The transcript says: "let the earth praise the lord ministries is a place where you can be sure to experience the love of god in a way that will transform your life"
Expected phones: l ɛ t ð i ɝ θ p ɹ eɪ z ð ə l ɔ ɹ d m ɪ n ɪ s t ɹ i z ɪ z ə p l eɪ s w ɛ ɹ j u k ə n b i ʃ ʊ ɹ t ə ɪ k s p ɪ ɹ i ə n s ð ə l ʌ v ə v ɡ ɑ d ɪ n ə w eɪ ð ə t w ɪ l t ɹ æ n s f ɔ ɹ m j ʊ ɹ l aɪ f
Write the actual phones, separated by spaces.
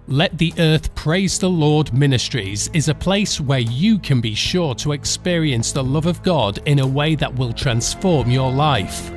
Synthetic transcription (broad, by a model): l ɛ t ð i ɝ θ p ɹ eɪ z ð ə l ɔ ɹ d m ɪ n ɪ s t ɹ i z ɪ z ə p l eɪ s w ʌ ɹ j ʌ k ə n b i ʃ ʊ ɹ t ə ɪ k s p ɪ ɹ i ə n s ð ə l ʌ v ə v ɡ ɑ d ɪ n ə w eɪ ð ə t w ɪ l t ɹ æ n s f ɔ ɹ m j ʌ ɹ l aɪ f